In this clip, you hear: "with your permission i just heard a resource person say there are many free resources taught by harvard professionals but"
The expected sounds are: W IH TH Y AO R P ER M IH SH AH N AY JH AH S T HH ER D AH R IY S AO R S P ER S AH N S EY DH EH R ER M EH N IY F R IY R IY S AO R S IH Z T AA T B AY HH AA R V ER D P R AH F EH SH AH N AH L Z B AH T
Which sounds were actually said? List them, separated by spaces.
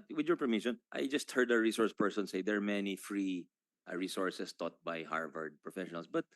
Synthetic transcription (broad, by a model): W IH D Y AO R P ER M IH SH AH N AY JH AH S T HH ER D AH R IY S AO R S P ER S AH N S EY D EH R M EH N IY F R IY R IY S AO R S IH S T AA T B AY HH AA R V ER D P R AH F EH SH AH N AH L S B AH T